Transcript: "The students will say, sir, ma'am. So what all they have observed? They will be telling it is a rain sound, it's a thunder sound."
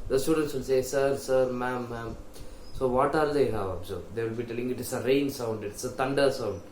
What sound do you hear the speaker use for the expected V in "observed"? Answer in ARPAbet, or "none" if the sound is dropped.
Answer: none